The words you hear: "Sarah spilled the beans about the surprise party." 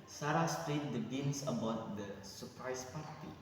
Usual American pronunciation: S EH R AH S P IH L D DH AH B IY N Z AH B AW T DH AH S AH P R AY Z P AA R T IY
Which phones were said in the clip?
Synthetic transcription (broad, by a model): S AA R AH S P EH N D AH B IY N S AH B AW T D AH S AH P R AY S P AA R T IY